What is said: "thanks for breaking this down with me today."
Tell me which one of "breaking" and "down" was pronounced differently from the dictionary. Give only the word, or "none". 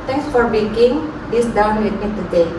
breaking